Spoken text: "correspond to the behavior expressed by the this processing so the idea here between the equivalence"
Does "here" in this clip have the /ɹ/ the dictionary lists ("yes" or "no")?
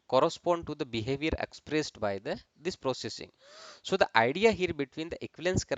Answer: yes